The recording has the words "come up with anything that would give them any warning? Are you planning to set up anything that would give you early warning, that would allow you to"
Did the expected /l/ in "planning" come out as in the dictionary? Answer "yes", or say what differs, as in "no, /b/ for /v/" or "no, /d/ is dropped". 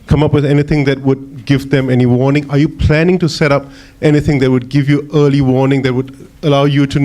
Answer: yes